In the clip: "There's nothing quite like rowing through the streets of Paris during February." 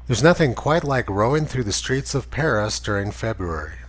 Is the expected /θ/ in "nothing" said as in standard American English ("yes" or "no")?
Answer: yes